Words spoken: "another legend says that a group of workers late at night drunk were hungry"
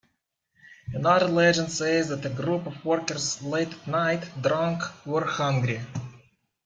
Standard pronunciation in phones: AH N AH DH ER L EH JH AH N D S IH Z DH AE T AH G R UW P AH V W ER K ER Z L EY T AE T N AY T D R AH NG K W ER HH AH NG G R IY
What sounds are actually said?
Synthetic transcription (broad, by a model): AH N AH DH ER L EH JH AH N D S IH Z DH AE T AH G R UW P AH V W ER K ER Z L EY IH T N AY T D R AH NG K W ER HH AH NG G R IY